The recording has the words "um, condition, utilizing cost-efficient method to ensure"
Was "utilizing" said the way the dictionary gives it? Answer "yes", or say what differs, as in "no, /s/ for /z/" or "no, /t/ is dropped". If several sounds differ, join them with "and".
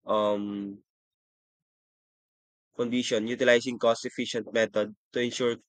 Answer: no, /s/ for /z/